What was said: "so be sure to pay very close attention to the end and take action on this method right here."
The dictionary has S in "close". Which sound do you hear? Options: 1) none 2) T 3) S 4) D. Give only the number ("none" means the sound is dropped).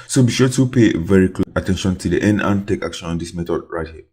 1